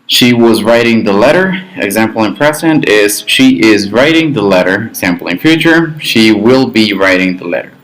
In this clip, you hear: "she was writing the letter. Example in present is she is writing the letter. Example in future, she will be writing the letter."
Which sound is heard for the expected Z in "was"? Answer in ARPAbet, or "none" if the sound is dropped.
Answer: Z